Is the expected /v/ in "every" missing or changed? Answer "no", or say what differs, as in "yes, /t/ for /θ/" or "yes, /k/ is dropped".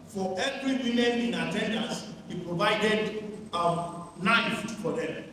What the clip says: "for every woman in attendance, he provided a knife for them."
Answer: no